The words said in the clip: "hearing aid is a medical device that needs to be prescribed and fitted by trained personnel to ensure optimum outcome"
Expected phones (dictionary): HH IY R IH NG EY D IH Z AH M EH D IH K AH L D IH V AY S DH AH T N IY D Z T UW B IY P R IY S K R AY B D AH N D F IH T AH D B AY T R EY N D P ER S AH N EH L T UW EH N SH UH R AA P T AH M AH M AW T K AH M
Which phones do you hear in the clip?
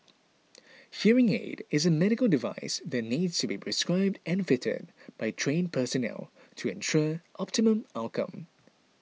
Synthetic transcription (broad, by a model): HH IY R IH NG EY D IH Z AH M EH D IH K AH L D IH V AY S DH AH T N IY D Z T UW B IY P R IY S K R AY B D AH N F IH T AH D B AY T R EY N P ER S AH N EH L T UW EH N SH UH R AA P T AH M AH M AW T K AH M